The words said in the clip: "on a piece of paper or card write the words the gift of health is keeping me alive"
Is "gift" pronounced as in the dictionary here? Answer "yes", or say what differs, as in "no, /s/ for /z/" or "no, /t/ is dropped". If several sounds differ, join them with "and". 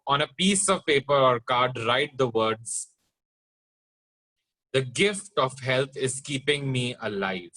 yes